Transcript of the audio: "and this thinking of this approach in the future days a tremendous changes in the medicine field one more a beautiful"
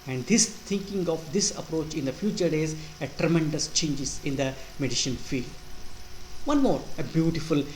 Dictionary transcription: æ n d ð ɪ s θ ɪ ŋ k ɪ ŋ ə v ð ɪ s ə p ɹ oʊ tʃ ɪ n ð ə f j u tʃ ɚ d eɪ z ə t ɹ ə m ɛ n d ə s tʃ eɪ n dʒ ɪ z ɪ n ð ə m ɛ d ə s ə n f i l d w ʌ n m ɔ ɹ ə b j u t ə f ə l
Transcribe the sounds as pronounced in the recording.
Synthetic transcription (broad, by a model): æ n d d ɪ s t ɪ ŋ k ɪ ŋ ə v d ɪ s ə p ɹ oʊ tʃ ɪ n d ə f j u tʃ ɚ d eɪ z ə t ɹ ə m ɛ n d ə s tʃ eɪ n dʒ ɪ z ɪ n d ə m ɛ d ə ʃ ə n f i l d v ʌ n m ɔ ɹ ə b j u t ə f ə l